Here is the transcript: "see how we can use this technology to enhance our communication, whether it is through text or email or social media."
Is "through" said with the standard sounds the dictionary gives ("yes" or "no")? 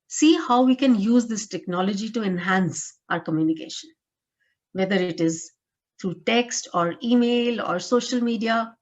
no